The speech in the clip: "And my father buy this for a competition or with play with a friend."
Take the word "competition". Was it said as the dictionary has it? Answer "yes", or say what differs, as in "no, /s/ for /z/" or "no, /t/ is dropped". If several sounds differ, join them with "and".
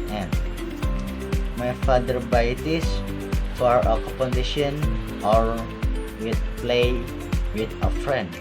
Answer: no, /m/ is dropped